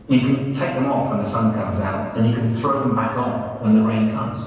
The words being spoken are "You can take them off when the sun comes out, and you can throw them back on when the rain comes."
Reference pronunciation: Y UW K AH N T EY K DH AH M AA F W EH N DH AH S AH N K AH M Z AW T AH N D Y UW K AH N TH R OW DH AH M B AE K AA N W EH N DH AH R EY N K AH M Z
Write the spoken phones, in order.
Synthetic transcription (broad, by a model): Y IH K AH N T EY K DH AH M AA F W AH N DH AH S AH N K AH M Z AW T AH N Y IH K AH N TH R OW DH AH M B AE K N W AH N DH AH R EY N K AH M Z